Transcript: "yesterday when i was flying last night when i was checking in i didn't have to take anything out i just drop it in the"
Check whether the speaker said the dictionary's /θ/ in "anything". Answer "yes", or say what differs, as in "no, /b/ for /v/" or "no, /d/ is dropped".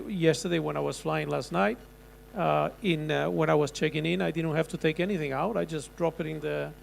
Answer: yes